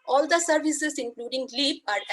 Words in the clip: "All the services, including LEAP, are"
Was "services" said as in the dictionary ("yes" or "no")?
no